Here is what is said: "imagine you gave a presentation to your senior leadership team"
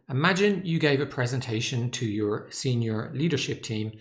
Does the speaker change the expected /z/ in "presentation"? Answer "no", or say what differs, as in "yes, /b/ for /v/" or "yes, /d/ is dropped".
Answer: no